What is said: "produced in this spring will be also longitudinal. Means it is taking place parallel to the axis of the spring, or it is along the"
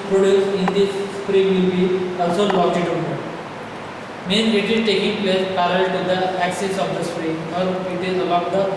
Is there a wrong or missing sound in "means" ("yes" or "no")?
yes